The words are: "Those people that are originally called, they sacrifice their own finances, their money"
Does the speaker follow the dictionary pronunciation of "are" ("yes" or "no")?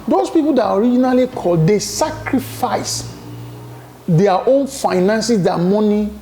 yes